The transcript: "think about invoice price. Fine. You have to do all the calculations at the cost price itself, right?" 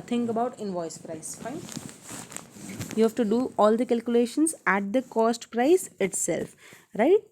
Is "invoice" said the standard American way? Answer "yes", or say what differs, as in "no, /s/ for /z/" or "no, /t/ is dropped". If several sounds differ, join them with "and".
yes